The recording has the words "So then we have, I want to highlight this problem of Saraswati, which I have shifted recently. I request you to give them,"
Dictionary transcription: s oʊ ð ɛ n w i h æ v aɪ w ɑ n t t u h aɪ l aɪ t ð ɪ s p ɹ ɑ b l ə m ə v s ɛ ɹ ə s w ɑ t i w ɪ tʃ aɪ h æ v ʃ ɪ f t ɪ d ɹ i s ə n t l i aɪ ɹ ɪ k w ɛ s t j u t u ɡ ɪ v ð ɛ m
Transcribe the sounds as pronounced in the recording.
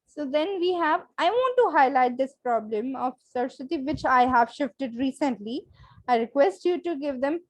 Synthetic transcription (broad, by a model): s oʊ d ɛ n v i h æ v aɪ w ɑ n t t u h aɪ l aɪ t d ɪ s p ɹ ɑ b l ə m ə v s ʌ ɹ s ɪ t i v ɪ tʃ aɪ h æ v ʃ ɪ f t ɪ d ɹ i s ə n t l i aɪ ɹ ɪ k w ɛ s t j u t u ɡ ɪ v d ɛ m